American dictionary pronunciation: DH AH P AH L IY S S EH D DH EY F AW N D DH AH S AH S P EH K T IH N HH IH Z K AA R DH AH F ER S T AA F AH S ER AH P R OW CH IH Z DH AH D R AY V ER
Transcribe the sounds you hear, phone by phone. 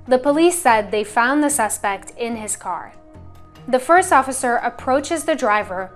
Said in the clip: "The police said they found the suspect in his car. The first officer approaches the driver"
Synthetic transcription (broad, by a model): DH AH P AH L IY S S EH D DH EY F AW N DH AH S AH S P EH K T IH N IH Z K AA R DH AH F ER S T AA F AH S ER AH P R OW CH IH Z DH AH D R AY V ER